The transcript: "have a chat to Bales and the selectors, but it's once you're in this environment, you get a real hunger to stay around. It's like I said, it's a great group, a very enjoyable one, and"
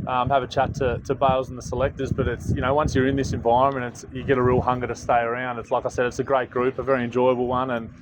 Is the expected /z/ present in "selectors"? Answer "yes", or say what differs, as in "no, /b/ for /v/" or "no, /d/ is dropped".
yes